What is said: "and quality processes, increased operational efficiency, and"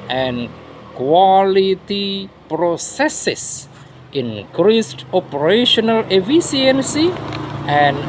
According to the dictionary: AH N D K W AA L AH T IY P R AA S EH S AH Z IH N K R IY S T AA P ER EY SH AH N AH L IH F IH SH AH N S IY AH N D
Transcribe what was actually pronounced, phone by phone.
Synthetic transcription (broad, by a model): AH N K W AA L AH T IY P R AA S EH S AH S IH N K R IY S T AA P ER EY SH AH N AH L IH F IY S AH N S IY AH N